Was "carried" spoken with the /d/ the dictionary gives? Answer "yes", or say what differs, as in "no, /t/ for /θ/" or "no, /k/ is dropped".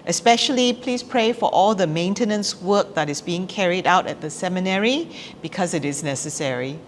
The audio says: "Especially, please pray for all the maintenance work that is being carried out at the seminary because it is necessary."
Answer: yes